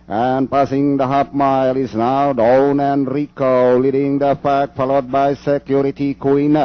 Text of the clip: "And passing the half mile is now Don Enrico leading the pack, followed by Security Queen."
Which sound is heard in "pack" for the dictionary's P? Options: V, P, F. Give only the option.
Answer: F